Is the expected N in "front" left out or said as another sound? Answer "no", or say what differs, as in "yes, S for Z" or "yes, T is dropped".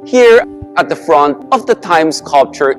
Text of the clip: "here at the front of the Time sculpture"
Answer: no